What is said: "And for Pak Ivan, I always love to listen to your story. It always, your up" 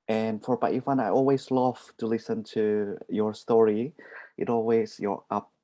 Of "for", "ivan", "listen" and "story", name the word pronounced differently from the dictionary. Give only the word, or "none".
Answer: ivan